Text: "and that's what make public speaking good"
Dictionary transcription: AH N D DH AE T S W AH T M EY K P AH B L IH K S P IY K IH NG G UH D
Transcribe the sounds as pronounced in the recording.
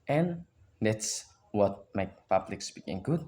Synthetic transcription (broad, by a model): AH N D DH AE T S W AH T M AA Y P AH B L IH K S B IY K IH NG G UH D